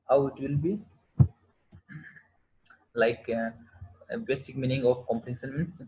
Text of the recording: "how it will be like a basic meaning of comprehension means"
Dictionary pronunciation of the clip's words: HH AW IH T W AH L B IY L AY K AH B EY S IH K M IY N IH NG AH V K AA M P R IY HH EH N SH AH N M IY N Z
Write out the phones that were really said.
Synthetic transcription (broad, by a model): HH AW IH T W AH L B IY L AY K B EY S IH K M IY N IH NG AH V K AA M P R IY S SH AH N M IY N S